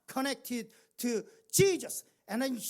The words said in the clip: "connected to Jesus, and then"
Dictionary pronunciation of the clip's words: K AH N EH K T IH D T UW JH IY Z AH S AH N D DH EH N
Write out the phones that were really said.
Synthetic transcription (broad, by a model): K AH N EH K T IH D T UW CH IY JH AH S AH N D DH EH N